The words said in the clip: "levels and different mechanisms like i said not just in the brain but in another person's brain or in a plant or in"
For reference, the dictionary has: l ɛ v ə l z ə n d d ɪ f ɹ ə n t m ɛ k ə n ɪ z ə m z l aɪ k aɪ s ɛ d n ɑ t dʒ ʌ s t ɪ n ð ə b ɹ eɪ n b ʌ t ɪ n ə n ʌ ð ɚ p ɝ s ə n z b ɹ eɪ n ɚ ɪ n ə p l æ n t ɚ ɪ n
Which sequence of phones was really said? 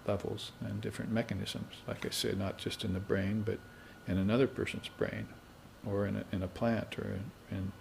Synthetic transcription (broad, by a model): l ɛ v l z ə n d d ɪ f ɹ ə n m ɛ k ə n ɪ z ə m z l aɪ k aɪ s ɛ d n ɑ t dʒ ʌ s t ɪ n ð ə b ɹ eɪ n b ʌ t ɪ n ə n ʌ ð ɚ p ɝ s ə n z b ɹ eɪ n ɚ ɪ n ə p l æ n t ɚ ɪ n